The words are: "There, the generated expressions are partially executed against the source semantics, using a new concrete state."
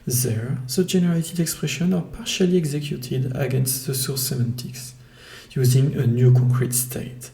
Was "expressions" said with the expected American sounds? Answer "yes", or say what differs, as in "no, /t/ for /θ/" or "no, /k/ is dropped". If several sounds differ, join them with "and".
no, /z/ is dropped